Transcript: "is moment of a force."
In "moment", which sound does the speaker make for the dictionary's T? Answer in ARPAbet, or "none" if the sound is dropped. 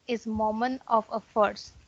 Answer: none